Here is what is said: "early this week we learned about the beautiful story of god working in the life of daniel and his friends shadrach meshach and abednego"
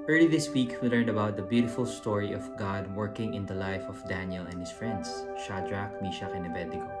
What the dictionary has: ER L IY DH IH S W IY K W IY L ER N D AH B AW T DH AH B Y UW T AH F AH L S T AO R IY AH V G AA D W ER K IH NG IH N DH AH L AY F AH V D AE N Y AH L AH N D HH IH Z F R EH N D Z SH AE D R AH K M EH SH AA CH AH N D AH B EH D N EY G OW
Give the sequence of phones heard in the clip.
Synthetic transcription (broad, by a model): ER L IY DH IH S W IY K W IY L ER N D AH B AW T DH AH B Y UW T AH F AH L S T AO R IY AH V G AA D W ER K IH NG IH N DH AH L AY F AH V D AE N Y AH L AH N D HH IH S F R EH N D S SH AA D R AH K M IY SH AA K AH N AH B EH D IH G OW